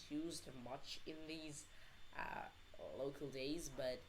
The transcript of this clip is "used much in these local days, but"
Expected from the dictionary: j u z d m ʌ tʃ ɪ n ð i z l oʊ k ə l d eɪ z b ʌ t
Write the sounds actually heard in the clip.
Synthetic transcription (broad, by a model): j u z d m ʌ tʃ ɪ n ð i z l oʊ k ə l d eɪ z b ʌ t